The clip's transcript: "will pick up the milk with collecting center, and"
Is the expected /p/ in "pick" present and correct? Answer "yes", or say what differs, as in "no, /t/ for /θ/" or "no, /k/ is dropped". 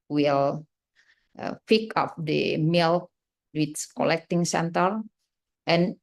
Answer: no, /f/ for /p/